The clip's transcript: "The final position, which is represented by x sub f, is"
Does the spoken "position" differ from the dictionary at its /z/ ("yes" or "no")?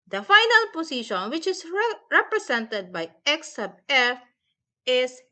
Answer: yes